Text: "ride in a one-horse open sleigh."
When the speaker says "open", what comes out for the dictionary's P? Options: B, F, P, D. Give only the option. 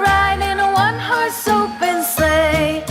B